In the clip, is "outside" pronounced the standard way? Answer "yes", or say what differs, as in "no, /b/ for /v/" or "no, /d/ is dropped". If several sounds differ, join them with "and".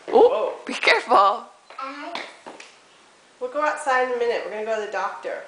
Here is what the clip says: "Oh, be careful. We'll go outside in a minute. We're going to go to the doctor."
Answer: no, /d/ is dropped